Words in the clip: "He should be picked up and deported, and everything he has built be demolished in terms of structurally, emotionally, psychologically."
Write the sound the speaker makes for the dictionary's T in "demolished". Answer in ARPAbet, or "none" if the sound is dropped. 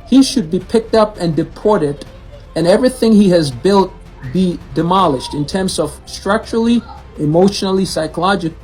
T